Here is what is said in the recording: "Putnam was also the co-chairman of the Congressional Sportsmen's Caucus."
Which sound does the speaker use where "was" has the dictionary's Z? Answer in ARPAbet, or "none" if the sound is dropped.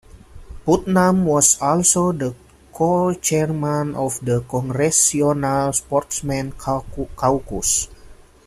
S